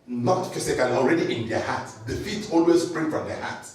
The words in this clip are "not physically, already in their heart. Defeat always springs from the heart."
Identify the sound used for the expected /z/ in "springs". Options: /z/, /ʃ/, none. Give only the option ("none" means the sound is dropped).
none